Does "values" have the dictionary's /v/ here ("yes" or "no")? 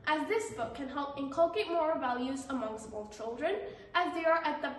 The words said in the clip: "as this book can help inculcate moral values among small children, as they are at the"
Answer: yes